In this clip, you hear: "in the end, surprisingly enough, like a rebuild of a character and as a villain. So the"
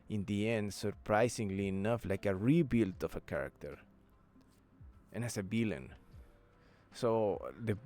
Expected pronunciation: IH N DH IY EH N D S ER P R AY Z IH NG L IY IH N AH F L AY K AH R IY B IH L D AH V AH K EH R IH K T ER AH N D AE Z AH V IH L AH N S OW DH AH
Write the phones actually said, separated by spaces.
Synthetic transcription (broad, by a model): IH N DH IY EH N D S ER P R AY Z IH NG L IY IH N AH F L AY K AH R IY B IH L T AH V AH K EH R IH K T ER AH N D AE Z AH B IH L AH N S OW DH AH